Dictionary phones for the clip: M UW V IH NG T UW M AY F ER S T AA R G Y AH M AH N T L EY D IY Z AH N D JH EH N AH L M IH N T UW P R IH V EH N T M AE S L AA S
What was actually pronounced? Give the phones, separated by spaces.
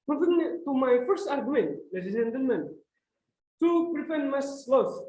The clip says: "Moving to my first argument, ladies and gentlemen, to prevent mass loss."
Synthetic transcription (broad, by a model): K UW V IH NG T UW M AY F ER S T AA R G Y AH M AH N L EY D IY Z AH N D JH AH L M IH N T UW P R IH F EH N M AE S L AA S